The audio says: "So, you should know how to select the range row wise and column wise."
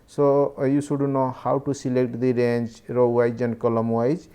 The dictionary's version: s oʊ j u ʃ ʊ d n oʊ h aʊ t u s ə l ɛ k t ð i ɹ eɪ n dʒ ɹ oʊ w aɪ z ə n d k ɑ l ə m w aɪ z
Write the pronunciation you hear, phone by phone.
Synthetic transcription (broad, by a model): s oʊ j u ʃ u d n oʊ h aʊ t u s ə l ɛ k t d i ɹ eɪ n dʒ ɹ oʊ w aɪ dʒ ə n k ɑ l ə m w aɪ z